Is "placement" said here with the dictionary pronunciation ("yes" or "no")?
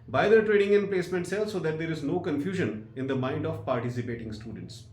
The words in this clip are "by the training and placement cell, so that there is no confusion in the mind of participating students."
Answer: yes